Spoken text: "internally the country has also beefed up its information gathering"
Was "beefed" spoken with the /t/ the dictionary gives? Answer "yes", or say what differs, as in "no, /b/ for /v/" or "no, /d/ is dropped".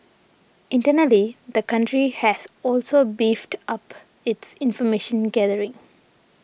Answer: yes